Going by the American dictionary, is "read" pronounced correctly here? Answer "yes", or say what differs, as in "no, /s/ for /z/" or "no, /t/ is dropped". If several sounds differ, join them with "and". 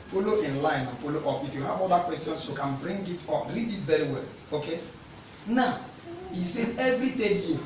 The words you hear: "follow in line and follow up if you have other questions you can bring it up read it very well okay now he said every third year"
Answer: no, /l/ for /ɹ/